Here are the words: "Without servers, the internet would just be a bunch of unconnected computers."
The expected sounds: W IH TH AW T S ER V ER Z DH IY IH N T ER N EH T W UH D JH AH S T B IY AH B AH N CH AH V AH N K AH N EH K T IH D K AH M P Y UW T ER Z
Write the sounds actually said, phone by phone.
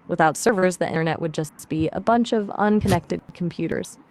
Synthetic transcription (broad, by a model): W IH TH AW T S ER V ER Z DH IY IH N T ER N EH T W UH D JH AH S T B IY AH B AH N CH AH V AH N K AH N EH K T IH D K M P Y UW T ER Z